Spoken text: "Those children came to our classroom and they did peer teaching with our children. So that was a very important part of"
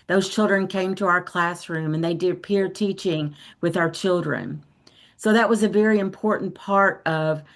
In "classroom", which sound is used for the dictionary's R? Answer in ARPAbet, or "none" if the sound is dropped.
R